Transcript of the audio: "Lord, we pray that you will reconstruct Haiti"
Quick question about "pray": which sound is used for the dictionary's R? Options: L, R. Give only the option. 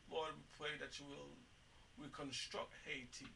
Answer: L